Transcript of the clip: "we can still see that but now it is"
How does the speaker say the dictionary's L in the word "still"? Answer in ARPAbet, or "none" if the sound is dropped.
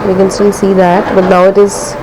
N